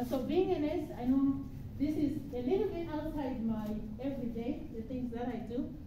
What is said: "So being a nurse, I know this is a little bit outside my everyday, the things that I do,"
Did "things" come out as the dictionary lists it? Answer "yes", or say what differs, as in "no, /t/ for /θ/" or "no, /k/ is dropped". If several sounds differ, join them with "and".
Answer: no, /t/ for /θ/